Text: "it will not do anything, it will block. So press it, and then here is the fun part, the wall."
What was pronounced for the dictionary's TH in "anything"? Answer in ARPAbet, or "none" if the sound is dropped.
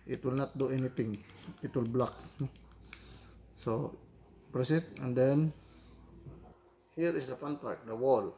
T